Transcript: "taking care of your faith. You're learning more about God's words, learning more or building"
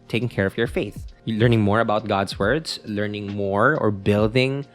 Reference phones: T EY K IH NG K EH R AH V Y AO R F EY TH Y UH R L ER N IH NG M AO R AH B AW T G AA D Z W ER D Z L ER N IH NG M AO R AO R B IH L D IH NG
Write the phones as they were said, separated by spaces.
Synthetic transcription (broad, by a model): T EY K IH NG K EH R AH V Y AO R F EY TH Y L ER N IH NG M AO R AH B AW T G AA D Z W ER D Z L ER N IH NG M AO R AO R B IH L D IH NG